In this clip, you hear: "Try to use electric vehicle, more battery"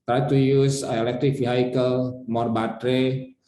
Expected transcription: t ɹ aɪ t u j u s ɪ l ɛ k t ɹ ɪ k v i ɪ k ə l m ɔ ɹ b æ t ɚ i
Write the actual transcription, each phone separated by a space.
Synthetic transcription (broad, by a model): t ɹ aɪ t u j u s ɪ l ɛ k t ɹ ɪ k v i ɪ k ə l m ɔ ɹ b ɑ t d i